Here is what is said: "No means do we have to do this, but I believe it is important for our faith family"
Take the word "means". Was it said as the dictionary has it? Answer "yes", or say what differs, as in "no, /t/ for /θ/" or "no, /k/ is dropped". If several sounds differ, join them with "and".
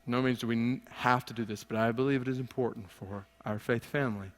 yes